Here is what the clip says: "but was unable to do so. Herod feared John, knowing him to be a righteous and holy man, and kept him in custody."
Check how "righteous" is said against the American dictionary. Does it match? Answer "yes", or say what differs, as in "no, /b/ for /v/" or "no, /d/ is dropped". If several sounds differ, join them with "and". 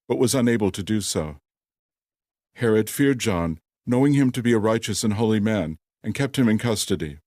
yes